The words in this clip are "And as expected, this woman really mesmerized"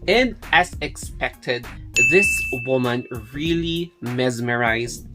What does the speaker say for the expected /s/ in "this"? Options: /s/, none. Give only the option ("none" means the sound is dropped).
/s/